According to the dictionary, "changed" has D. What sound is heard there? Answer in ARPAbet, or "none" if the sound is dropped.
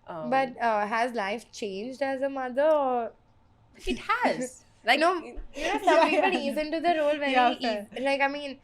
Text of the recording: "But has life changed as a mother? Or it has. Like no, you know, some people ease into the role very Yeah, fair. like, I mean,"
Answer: D